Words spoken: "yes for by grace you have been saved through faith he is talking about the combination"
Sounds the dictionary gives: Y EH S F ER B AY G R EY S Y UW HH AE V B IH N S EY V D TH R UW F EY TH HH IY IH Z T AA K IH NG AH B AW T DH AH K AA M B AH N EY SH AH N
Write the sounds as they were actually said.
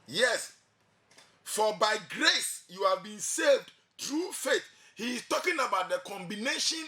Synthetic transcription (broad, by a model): Y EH S F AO B AY G R EY S Y UW HH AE V B IH N S EY V D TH R UW F EY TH HH IY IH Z T AA K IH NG AH B AW T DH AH K AA M B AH N EY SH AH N